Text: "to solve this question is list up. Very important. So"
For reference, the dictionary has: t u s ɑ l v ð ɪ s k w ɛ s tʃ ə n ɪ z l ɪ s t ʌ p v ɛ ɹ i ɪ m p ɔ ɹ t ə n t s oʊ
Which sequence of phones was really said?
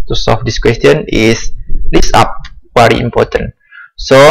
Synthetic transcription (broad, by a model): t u s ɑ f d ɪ s k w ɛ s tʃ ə n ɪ s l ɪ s ɑ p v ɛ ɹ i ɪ m p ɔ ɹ t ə n s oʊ